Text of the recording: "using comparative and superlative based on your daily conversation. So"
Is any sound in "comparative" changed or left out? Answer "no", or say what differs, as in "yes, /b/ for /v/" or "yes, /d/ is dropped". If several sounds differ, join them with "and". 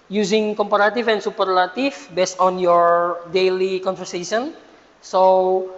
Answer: yes, /f/ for /v/